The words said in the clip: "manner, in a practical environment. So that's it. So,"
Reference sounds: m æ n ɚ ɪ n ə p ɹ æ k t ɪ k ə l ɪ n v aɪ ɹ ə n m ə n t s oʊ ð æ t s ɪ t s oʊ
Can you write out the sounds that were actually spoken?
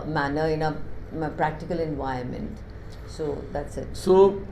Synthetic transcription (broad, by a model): m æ n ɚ ɪ n ə p ɹ æ k t ɪ k ə l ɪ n v aɪ ə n m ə n t s oʊ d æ t s ɪ t s oʊ